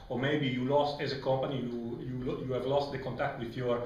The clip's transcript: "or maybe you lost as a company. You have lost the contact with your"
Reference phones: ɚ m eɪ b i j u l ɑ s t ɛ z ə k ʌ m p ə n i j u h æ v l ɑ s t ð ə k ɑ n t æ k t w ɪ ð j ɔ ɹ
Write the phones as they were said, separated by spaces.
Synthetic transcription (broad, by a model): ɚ m eɪ b i j u l ɑ s t ɛ z ə k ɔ m p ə n i j u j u v l ɑ s t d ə k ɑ n t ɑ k t w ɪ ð j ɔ ɹ